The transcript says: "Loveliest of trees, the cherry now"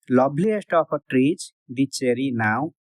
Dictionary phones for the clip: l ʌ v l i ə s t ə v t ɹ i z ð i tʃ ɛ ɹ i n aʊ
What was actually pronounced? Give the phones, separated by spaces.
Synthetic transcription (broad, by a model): l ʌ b l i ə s t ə p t ɹ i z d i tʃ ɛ ɹ i n aʊ